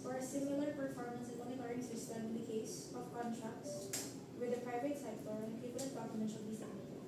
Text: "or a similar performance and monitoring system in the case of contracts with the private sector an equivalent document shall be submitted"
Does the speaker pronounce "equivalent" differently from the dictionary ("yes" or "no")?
yes